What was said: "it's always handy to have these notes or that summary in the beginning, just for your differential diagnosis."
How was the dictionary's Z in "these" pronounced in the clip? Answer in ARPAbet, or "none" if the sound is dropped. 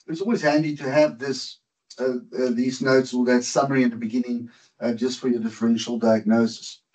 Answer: Z